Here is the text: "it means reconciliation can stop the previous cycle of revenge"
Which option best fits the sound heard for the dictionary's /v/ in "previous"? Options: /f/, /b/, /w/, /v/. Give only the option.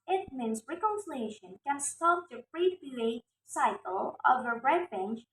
/b/